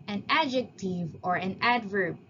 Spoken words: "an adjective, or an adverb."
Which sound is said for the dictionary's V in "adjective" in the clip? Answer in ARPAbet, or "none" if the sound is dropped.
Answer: V